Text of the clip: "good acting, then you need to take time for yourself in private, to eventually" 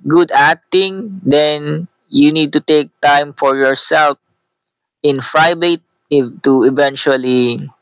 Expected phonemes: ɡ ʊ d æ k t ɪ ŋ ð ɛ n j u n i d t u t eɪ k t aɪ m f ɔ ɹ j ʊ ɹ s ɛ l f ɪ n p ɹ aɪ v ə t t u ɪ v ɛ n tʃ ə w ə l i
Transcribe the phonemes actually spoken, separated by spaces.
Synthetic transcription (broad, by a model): ɡ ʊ d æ k t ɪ ŋ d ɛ n j u n i d t u t eɪ k t aɪ m f ɔ ɹ j ʊ ɹ s ɛ l f ɪ n f ɹ aɪ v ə t t u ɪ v ɛ n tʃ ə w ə l i